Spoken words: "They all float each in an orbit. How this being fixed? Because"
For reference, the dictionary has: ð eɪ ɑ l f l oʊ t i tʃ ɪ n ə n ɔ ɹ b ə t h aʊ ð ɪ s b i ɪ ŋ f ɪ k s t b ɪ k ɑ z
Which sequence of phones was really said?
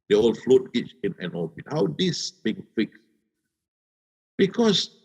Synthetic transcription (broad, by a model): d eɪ ɑ l f l oʊ t i tʃ ɪ n ə n ɔ l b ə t h aʊ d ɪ s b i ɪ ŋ f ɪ k s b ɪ k ɑ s